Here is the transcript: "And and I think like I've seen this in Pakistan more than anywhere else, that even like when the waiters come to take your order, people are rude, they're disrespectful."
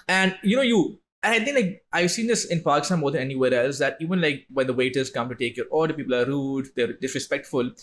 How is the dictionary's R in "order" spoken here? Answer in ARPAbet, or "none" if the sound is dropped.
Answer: L